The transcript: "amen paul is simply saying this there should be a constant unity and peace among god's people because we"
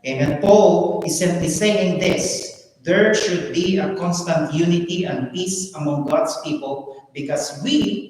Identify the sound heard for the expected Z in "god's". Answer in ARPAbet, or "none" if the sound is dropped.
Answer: S